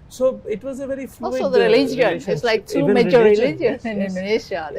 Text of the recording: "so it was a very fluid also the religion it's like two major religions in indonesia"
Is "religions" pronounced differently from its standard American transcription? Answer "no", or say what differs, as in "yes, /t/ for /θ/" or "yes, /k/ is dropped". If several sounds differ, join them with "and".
yes, /z/ is dropped